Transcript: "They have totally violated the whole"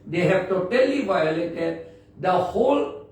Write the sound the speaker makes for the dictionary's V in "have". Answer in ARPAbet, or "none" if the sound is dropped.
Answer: B